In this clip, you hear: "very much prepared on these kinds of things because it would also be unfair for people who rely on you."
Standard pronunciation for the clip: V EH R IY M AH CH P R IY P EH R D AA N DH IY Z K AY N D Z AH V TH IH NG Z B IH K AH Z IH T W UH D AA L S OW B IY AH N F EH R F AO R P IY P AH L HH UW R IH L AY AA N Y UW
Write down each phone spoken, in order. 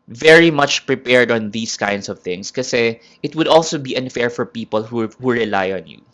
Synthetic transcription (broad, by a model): V EH R IY M AH CH P R IY P EH R D AA N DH IY S K AY N D S AH V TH IH NG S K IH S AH IH T W UH D AA L S OW B IY AH N F EH R F AO R P IY P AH L HH UW R IH L AY AA N Y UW